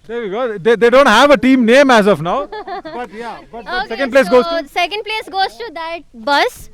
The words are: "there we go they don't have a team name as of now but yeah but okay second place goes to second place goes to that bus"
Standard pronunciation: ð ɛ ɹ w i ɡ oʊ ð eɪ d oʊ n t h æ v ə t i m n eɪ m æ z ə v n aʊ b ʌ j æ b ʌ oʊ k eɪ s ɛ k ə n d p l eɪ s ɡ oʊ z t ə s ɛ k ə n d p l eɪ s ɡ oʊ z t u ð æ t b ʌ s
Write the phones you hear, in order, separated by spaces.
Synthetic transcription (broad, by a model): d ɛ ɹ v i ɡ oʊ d eɪ d oʊ n t h æ v ə t i m n eɪ m æ z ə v n aʊ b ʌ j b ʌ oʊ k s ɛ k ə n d p l eɪ s ɡ oʊ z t s ɛ k ə n d p l eɪ s ɡ oʊ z t u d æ t b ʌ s